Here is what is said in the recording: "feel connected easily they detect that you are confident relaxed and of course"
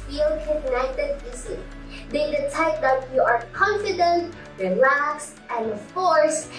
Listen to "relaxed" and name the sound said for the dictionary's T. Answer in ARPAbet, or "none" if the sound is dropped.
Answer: none